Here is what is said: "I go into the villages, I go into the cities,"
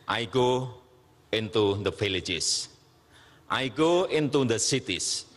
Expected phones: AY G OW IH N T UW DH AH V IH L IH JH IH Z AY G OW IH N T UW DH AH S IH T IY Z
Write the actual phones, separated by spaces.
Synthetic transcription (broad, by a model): AY G OW IH N T UW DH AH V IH L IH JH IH S AY G OW IH N T UW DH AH S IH T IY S